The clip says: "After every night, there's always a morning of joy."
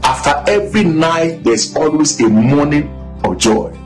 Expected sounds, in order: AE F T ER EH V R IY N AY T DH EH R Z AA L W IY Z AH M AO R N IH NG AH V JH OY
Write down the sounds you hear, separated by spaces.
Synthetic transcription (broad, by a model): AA F T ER EH V R IY N AY T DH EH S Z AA L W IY S AH M AO N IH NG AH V JH OY